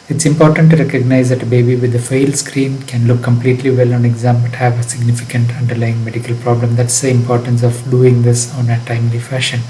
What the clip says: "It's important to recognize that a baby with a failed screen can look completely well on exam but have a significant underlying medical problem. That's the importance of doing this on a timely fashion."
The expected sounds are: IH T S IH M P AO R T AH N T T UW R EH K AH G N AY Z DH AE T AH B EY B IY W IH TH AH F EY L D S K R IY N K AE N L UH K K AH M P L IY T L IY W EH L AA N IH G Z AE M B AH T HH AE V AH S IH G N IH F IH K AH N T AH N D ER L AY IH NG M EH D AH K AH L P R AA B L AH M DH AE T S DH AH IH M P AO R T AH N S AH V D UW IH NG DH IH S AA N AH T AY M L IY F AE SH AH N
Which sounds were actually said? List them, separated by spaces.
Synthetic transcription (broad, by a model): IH T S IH M P AO R T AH N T T UW R EH K AH G N AY Z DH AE T AH B EY B IY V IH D AH F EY L S K R IY N K AE N L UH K K AH M P L IY T L IY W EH L AA N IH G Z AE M B AH T HH AE V AH S IH G N IH F IH K AH N T AH N D ER L AY IH NG M EH D AH K AH L P R AA B L AH M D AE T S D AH IH M P AO R T AH N S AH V D UW IH NG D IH S AA N AH T AY M L IY F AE SH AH N